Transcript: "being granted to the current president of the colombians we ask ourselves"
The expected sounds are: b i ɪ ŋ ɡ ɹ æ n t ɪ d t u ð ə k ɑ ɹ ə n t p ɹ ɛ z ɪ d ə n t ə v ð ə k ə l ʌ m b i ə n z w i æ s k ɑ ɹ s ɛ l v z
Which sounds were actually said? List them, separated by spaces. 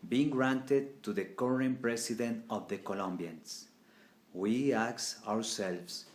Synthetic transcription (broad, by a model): b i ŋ ɡ ɹ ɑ n t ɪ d t u ð ə k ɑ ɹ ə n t p ɹ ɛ s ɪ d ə n t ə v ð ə k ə l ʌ m b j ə n s w i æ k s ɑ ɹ s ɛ l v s